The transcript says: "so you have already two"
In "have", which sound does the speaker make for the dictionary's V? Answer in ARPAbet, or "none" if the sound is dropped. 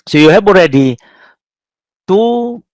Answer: B